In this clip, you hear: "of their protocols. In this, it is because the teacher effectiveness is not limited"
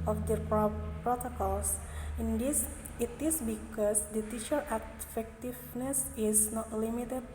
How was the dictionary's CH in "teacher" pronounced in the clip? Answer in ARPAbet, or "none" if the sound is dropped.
SH